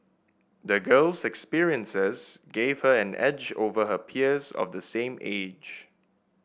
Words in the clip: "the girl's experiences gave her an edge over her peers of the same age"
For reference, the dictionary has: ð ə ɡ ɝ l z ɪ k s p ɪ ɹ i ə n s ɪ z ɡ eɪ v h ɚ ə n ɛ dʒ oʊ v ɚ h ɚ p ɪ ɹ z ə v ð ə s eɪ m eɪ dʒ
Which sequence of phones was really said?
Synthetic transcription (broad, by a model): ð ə ɡ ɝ l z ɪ k s p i ɹ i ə n s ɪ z ɡ eɪ v h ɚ ə n ɛ dʒ oʊ v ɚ h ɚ p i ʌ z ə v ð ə s eɪ m eɪ dʒ